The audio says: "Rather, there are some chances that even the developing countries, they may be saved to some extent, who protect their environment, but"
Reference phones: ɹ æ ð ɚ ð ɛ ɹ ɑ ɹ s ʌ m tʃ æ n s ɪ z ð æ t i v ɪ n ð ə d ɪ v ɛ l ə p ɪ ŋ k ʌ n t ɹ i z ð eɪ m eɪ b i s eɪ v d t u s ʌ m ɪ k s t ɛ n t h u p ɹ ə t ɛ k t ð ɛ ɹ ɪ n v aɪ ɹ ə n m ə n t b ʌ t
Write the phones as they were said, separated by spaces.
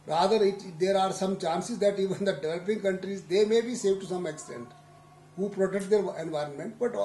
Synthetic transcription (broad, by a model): ɹ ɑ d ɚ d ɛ ɹ ɑ ɹ s ʌ m tʃ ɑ n s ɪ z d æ t i v ɪ n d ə d ɪ v ɛ l ə p ɪ ŋ k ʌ n t ɹ i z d eɪ m eɪ b i s eɪ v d t u s ʌ m ɪ k s t ɛ n t h u p ɹ ə t ɛ k t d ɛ ɹ ɪ n v aɪ ɹ ə n m ə n t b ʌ t